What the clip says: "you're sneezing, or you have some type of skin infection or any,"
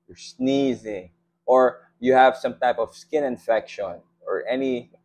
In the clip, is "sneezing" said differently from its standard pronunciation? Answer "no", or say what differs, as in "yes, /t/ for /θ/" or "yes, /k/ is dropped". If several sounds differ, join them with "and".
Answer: no